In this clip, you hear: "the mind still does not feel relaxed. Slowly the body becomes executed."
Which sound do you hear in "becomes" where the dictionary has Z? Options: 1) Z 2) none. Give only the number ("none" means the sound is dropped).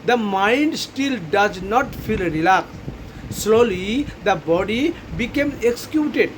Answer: 2